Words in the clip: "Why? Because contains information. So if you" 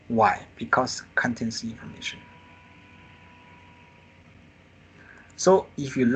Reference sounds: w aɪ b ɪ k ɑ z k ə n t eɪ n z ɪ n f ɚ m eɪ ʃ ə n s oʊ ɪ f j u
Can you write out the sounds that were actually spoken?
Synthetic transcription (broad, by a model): w aɪ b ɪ k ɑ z k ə n t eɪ n s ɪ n f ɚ m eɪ ʃ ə n s oʊ ɪ f j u